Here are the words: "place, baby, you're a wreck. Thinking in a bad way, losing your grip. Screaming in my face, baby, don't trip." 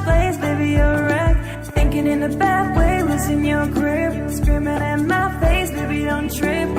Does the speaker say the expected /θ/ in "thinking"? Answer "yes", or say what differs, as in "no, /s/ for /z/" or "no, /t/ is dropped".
yes